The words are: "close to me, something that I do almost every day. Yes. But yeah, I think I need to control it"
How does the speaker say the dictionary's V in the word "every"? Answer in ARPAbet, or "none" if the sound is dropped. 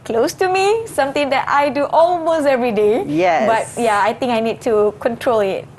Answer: V